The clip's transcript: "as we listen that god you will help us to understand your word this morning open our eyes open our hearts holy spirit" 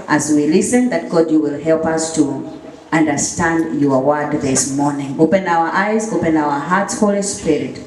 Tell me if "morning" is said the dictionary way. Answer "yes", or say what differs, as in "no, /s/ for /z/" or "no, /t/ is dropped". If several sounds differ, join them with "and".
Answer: yes